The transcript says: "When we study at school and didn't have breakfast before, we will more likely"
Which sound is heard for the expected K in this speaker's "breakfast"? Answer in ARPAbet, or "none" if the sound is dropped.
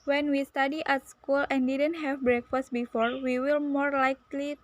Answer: K